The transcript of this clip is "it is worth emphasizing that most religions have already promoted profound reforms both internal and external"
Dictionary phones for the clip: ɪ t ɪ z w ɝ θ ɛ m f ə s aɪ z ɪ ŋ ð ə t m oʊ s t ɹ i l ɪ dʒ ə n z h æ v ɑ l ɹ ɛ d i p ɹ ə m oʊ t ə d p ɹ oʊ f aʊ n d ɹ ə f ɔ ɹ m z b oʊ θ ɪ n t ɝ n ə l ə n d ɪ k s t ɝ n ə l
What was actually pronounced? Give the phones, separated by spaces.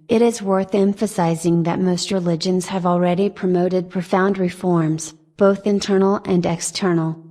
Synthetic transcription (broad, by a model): ɪ t ɪ z w ɝ θ ɛ m f ə s aɪ z ɪ ŋ ð ə t m oʊ s t ɹ i l ɪ dʒ ə n z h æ v l ɹ ɛ d i p ɹ ə m oʊ t ə d p ɹ oʊ f aʊ n d ɹ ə f ɔ ɹ m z b oʊ θ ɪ n t ɝ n l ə n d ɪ k s t ɝ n l